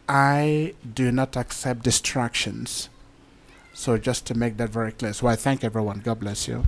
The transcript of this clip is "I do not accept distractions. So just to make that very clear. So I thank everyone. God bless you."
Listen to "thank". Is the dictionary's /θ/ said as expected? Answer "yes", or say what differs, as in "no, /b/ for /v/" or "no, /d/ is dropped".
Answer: yes